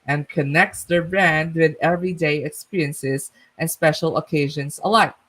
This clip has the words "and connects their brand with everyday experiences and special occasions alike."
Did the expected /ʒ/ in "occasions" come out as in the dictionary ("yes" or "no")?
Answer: yes